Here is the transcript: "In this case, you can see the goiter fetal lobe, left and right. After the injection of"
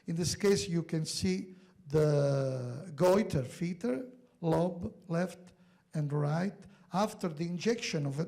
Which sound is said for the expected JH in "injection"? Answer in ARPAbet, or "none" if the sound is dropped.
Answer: JH